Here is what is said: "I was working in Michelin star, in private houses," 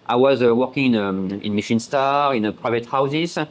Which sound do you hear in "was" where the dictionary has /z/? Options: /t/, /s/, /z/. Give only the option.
/z/